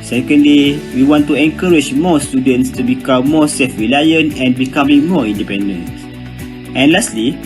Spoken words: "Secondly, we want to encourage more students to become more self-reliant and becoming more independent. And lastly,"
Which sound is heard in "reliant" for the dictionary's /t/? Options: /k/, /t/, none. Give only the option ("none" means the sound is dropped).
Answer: none